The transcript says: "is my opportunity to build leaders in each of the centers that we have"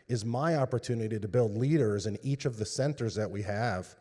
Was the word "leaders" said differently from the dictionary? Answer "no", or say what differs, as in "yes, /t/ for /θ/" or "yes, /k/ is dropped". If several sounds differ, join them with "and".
no